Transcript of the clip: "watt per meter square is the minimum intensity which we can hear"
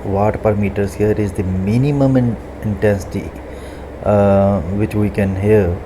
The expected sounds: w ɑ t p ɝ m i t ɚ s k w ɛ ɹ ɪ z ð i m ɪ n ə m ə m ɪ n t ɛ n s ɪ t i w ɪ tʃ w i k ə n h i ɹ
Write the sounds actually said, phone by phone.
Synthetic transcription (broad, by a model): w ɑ t p ɝ m i t ɚ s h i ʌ ɹ ɪ z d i m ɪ n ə m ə m ɪ n t ɛ n s ɪ t i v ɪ tʃ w i k ə n h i ɹ